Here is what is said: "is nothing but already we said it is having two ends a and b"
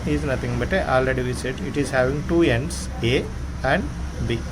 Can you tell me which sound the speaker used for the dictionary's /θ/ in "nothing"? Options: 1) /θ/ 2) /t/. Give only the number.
2